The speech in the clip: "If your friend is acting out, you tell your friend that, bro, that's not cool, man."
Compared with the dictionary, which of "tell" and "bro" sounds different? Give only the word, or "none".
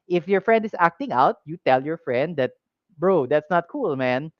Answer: none